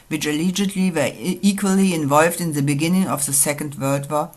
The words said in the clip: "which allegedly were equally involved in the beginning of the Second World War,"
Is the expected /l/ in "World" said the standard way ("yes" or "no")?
no